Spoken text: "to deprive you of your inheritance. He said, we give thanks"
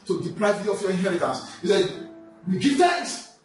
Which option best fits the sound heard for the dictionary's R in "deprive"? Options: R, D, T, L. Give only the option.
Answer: L